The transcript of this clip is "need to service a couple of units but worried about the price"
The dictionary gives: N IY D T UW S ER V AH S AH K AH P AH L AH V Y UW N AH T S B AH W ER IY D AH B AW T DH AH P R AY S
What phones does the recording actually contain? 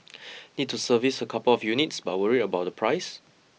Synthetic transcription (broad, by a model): N IY D T UW S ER V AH S AH K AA P AH L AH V Y UW N AH T S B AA W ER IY AH B AW T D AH P R AY S